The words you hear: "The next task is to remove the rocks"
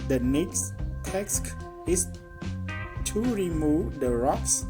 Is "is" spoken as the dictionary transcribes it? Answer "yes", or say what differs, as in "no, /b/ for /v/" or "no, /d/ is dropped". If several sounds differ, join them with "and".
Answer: no, /s/ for /z/